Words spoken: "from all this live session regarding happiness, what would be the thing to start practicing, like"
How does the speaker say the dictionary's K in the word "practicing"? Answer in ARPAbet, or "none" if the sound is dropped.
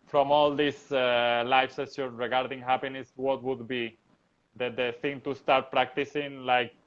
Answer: K